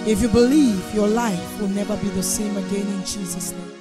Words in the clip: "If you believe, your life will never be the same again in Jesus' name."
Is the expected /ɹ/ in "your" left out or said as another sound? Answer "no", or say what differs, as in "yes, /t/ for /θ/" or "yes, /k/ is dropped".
no